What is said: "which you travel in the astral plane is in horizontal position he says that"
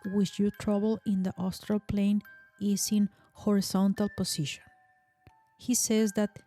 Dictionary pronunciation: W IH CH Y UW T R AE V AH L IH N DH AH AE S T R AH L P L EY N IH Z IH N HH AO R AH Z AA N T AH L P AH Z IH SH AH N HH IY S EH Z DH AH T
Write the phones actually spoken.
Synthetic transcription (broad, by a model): W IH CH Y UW T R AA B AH L IH N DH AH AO S T R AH L P L EY N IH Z IH N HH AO R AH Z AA N T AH L P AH S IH SH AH N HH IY S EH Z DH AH T